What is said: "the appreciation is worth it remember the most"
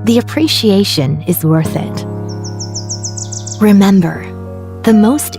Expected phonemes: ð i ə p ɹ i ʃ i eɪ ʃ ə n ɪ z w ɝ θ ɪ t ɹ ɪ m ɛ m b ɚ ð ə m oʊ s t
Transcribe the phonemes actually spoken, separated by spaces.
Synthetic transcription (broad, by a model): ð i ə p ɹ i ʃ i eɪ ʃ ə n ɪ z w ɝ θ ɪ t ɹ ɪ m ɛ m b ɚ ð ə m oʊ s t